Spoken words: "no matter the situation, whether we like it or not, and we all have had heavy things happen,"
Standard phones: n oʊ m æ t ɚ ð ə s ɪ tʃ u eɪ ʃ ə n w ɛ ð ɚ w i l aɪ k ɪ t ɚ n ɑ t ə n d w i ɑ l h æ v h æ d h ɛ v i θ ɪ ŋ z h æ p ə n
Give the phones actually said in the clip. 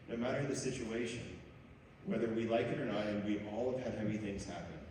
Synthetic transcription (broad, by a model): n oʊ m æ t ɚ ð ə s ɪ tʃ u eɪ ʃ ə n w ɛ ð ɚ w i l aɪ k ɪ t ɚ n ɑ t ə n w i ɑ l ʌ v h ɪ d h ɛ v i θ ɪ ŋ z h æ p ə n